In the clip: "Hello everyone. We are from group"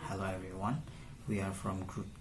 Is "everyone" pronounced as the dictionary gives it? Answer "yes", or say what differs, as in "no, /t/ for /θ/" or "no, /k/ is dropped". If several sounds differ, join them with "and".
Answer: yes